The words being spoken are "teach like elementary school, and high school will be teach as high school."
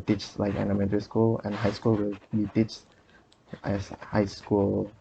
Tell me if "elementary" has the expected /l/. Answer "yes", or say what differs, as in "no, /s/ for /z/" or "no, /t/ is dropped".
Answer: no, /n/ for /l/